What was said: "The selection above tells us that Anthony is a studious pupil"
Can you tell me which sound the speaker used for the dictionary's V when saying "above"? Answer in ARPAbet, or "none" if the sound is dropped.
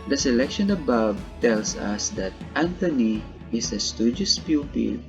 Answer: B